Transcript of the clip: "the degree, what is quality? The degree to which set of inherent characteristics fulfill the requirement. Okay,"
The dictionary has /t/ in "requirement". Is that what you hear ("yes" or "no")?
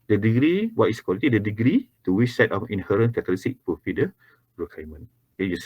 no